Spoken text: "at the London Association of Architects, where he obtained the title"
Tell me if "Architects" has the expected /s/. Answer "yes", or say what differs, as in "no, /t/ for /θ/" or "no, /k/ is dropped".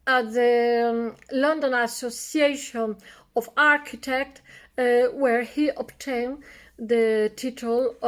no, /s/ is dropped